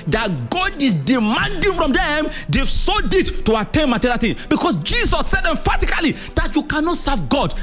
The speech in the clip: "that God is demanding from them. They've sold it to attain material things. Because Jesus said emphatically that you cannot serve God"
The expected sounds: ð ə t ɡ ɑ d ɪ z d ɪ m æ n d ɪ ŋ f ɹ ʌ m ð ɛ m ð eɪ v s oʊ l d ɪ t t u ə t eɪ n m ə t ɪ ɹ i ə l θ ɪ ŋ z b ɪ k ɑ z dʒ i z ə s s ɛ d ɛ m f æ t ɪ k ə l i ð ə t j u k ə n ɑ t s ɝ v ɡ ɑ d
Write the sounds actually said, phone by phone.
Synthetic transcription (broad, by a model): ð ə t ɡ ɑ d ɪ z d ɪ m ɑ n d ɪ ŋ f ɹ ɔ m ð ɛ m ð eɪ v s oʊ d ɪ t t u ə t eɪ n m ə t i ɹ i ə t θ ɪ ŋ b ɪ k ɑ s dʒ i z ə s s ɛ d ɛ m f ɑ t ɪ k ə l i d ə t j u k ə n ɑ t s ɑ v ɡ ɑ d